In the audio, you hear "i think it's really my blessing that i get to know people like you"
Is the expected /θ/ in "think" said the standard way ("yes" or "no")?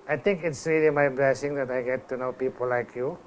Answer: no